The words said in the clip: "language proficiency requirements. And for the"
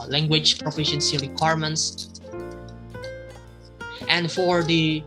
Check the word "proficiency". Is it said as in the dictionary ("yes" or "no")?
yes